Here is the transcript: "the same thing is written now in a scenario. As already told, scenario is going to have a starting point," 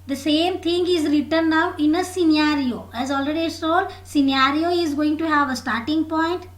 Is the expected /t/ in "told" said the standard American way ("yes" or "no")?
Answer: no